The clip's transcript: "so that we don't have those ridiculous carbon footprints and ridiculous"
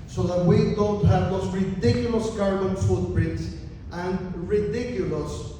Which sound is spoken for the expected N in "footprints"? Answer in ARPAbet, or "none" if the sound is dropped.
none